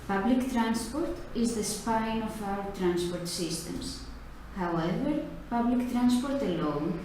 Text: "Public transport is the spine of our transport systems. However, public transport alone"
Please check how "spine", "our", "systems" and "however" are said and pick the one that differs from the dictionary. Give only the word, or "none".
systems